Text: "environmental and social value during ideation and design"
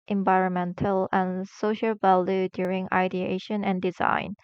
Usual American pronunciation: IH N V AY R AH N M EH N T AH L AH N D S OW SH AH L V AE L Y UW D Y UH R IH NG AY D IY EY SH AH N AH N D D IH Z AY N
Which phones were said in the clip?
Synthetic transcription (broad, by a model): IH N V AY R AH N M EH N T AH L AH N S OW SH AH L V AE L Y UW D Y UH R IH NG AY D IY EY SH AH N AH N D D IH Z AY N